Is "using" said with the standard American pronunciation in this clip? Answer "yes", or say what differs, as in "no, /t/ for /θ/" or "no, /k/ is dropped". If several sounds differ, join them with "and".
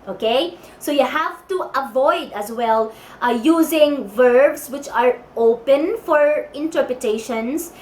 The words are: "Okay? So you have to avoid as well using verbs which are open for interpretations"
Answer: yes